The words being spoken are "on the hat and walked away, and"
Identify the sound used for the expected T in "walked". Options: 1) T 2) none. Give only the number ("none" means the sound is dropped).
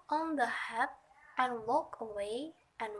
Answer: 2